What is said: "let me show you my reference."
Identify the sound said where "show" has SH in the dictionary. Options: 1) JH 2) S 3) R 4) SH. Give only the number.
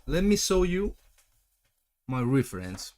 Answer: 2